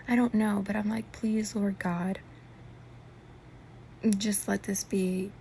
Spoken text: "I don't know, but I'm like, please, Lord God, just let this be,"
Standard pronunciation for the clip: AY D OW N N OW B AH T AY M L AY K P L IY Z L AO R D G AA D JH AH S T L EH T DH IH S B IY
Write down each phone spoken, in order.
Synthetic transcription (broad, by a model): AY D OW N N OW B AH T AY M L AY K P L IY Z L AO R G AA D JH AH S T L EH T DH IH S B IY